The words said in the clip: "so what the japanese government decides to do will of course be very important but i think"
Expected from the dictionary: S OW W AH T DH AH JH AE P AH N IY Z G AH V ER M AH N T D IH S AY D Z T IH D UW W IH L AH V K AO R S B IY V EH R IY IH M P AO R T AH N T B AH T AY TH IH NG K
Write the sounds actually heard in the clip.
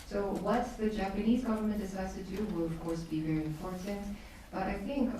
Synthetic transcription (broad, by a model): S OW W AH T DH AH JH AE P AH N IY Z G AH V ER M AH N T D IH S AY D Z T IH D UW W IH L AH V K AO R S B IY V EH R IY IH M P AO R T AH N T B AH T AY TH IH NG K